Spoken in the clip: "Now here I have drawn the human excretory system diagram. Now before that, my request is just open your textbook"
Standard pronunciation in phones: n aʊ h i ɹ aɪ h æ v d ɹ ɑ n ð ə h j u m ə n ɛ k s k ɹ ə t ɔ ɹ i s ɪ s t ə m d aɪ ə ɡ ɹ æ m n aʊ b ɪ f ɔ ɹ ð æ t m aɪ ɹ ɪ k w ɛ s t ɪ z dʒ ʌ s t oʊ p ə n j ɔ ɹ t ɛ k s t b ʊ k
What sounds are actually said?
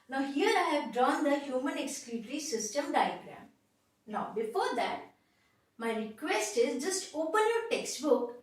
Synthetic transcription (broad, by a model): n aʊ h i ɹ aɪ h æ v d ɹ ɑ n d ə h j u m ə n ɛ k s k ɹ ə t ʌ ɹ i s ɪ s t ə m d aɪ ə ɡ ɹ æ m n aʊ b ɪ f ɔ ɹ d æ t m aɪ ɹ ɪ k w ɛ s t ɪ z dʒ ʌ s t oʊ p ə n j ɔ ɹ t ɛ k s t b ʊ k